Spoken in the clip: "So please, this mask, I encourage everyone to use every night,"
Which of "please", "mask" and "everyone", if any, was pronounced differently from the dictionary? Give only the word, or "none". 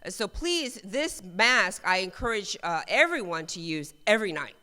none